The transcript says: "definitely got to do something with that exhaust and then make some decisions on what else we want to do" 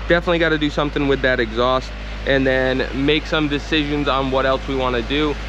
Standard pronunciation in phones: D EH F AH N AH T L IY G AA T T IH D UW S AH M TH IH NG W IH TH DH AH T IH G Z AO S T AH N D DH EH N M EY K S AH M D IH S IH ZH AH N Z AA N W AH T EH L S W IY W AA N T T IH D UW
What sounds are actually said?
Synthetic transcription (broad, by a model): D EH F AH N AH T L IY G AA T T IH D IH S AH M TH IH NG W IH DH AH T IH G Z AO S T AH N DH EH N M EY K S AH M D IH S IH ZH AH N Z N W AH T EH L S W IY W AA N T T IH D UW